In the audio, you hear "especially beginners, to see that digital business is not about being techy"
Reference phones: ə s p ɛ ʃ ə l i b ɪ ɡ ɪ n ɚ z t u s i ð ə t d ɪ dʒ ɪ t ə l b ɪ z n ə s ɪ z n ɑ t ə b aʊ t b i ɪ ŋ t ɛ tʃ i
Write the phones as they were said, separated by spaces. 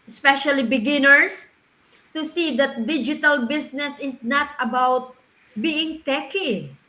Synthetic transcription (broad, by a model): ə s p ɛ ʃ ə l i b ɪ ɡ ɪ n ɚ s t u s i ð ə t d ɪ dʒ ɪ t ə l b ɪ s n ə s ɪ s n ɑ t ə b aʊ t b i ɪ ŋ t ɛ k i